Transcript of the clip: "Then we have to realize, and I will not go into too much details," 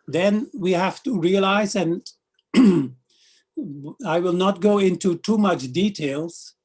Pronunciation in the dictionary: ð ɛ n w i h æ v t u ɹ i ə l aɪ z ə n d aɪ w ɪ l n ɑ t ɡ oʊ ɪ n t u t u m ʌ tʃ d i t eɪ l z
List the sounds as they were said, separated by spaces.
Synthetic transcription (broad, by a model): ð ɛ n w i h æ f t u ɹ i ə l aɪ z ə n aɪ w ɪ l n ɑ t ɡ oʊ ɪ n t u t u m ʌ tʃ d i t eɪ l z